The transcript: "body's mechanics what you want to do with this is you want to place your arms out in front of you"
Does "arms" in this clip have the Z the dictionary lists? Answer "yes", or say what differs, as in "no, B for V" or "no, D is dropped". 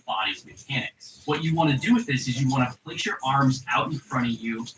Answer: yes